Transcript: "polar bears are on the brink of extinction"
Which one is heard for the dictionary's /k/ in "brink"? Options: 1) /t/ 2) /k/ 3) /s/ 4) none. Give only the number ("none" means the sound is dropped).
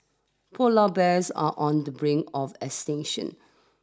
4